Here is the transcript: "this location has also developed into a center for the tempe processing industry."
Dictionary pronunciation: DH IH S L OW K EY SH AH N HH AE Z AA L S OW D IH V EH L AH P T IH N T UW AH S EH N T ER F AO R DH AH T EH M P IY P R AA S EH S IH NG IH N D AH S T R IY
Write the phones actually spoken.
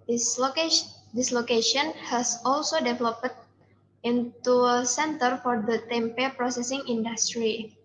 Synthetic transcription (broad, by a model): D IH S L OW K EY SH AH N HH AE S AA L S OW D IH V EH L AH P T IH N T UW AH S EH N T ER F AO R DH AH T EH M P IY P R AA S EH S IH NG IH N D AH S T R IY